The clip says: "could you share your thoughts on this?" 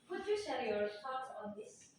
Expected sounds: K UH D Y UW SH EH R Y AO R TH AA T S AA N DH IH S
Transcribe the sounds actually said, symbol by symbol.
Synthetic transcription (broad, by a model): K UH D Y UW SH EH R Y AO R T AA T AA N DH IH S